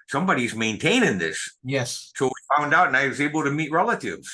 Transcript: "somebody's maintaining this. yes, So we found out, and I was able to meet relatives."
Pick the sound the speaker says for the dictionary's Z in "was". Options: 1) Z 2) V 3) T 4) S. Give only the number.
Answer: 1